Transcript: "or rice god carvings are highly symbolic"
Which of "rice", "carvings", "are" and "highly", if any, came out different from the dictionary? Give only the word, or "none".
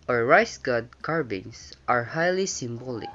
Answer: carvings